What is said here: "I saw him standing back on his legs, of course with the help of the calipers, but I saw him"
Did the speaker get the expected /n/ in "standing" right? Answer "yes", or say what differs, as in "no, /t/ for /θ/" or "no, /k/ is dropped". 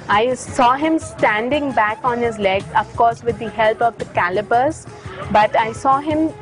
yes